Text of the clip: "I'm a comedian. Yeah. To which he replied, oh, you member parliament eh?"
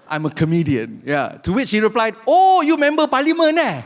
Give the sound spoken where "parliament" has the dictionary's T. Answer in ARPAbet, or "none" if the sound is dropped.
none